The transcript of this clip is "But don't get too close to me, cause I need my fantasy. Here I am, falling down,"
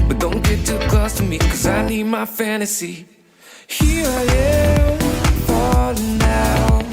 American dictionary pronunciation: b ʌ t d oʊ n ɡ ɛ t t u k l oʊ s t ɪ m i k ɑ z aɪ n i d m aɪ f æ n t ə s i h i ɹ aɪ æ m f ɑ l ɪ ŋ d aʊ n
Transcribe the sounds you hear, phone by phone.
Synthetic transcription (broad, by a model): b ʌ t d oʊ n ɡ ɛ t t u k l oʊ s t ɪ m i k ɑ z aɪ n i d m aɪ f æ n t ə s i h i ɹ aɪ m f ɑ n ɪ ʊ